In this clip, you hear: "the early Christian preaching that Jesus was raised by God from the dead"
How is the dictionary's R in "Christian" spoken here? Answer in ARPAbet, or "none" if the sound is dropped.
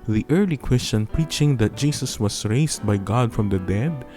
W